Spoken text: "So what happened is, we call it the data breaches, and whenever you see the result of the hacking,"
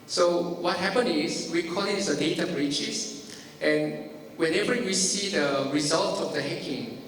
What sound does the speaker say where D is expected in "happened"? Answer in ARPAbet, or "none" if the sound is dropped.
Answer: none